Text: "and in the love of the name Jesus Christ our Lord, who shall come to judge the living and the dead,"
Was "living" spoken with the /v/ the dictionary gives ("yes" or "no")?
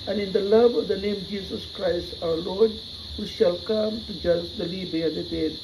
no